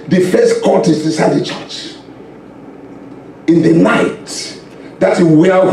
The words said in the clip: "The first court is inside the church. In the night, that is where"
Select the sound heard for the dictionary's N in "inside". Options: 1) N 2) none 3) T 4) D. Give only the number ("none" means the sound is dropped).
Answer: 2